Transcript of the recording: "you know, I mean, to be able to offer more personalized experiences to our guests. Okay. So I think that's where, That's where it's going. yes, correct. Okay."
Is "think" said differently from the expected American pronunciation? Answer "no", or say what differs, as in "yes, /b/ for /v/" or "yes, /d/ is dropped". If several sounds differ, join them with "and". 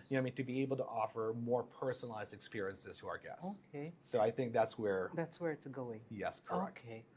no